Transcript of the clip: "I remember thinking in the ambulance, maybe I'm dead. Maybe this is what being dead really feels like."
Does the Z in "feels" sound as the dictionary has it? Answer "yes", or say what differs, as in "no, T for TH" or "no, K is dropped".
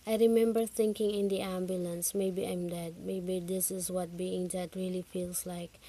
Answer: no, S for Z